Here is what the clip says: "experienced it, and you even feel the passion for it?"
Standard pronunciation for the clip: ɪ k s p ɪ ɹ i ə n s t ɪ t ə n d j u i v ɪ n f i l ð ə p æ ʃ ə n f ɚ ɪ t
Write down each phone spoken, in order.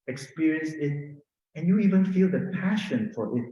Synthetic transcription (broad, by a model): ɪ k s p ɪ ɹ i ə n s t ɪ t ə n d j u i v ɪ n f i l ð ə p æ ʃ ə n f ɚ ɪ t